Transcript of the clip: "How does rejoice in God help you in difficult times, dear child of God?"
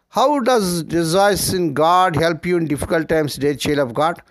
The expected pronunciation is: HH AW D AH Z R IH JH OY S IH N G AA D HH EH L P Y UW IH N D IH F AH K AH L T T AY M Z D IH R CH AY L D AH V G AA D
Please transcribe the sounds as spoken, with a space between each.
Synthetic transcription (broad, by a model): HH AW D AH Z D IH Z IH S IH N G AA D HH EH L P Y UW IH N D IH F AH K AH L T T AY M S D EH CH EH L AH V G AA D